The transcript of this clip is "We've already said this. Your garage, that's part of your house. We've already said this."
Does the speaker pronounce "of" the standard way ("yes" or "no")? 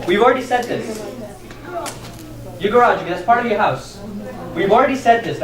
yes